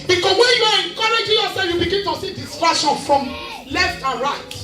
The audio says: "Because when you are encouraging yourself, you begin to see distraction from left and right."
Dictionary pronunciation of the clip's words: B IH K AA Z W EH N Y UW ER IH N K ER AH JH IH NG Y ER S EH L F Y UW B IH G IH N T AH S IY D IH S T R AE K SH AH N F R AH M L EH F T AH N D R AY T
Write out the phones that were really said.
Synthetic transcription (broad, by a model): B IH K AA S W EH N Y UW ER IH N K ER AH JH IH Y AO S EH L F Y UW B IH G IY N T AH S IY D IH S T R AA SH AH N F R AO M L EH F T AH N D R AY T